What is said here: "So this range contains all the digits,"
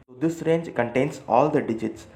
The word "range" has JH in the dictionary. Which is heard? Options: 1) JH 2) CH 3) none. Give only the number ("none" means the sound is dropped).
1